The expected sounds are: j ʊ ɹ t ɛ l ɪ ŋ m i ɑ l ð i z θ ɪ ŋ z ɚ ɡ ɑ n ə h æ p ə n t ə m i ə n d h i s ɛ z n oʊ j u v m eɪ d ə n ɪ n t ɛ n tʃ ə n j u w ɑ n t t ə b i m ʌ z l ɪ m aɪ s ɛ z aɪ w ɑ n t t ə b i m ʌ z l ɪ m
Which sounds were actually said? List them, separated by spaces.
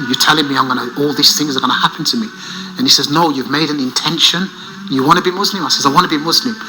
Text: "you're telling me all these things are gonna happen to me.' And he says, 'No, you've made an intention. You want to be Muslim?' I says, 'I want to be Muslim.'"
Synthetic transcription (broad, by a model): j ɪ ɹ t ɛ l ɪ ŋ m i ɑ l ð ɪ s θ ɪ ŋ z ɚ ɡ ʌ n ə h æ p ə n t ə m i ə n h i s ɛ z n oʊ j u v m eɪ d ə n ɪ n t ɛ n ʃ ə n j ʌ w ɑ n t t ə b i m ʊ z l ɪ m aɪ s ɛ z aɪ w ɑ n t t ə b i m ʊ z l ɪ m